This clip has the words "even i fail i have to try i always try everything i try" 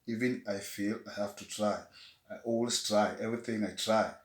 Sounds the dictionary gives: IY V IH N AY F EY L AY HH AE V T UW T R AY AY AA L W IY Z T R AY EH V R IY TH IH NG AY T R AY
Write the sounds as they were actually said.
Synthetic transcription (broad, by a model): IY V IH N AY F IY L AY HH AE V T UW T R AY AY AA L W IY S T R AY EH V R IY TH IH NG AY T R AY